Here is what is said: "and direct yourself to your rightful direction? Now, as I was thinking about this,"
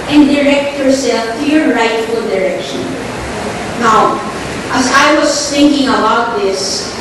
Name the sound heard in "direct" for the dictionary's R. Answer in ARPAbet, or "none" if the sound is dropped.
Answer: R